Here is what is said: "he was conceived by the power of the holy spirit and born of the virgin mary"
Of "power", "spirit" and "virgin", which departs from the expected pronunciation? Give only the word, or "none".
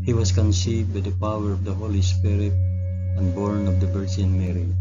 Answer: virgin